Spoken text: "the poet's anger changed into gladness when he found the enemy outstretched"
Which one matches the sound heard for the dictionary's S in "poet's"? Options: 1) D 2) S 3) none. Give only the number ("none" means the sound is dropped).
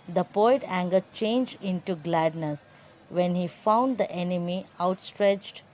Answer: 3